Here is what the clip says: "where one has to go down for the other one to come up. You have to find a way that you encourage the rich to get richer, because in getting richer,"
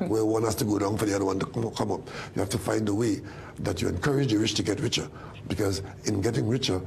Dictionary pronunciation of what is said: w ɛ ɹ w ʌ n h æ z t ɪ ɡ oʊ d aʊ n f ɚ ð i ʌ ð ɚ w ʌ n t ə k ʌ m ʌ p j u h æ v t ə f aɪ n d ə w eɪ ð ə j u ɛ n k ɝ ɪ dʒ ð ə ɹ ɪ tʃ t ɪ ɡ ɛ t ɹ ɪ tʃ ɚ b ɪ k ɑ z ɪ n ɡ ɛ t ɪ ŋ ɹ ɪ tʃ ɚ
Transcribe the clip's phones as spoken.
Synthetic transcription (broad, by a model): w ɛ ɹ w ʌ n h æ s t ɪ ɡ oʊ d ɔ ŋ f ɚ ð i ʌ ð ɚ w ʌ n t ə k ʌ m ʌ p j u h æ f t ə f aɪ n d ə w eɪ ð ə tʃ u ɛ n k ɝ ɪ dʒ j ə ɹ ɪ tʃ t ɪ ɡ ɛ t ɹ ɪ tʃ ɚ b ɪ k ɑ z ɪ n ɡ ɛ t ɪ ŋ ɹ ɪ tʃ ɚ